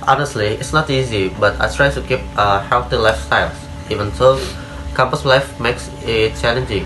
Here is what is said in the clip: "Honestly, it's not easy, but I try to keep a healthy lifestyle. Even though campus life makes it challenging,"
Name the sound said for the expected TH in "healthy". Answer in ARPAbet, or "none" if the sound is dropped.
T